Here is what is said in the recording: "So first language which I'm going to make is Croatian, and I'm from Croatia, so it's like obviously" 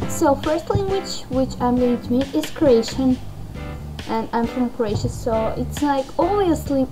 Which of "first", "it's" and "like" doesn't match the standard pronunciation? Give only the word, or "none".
none